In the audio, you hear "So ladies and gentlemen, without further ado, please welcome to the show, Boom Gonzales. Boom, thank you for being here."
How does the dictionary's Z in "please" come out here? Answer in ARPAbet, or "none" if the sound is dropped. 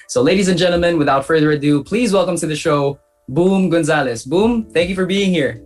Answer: Z